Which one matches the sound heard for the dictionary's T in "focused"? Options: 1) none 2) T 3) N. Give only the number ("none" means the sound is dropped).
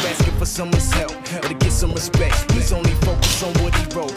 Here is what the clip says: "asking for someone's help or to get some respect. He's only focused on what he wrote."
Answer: 1